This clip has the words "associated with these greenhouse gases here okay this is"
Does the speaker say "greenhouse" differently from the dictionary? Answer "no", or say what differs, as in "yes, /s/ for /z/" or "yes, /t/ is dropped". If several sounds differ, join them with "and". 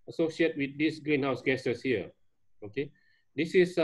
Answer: no